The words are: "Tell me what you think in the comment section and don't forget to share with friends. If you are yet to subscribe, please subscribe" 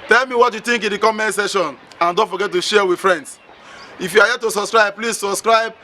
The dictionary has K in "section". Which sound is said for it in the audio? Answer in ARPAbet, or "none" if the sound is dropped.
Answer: none